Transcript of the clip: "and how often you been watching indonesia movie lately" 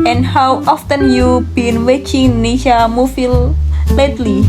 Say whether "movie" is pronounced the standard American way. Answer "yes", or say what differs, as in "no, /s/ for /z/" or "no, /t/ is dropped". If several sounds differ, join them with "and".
no, /f/ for /v/